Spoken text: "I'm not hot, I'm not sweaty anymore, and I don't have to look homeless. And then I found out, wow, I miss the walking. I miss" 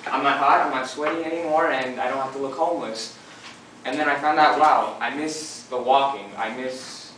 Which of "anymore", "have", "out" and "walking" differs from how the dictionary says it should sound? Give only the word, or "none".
have